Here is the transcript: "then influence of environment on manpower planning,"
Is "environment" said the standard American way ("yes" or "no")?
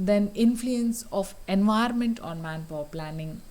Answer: no